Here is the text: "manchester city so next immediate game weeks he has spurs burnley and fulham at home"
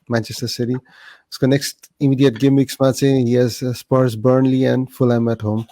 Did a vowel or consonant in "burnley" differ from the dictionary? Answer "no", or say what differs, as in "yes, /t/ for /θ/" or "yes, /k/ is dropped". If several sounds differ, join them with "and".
no